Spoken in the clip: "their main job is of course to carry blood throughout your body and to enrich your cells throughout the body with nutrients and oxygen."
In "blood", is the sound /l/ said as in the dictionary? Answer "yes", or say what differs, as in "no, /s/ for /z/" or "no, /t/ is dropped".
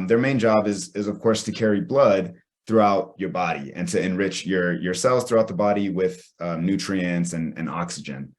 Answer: yes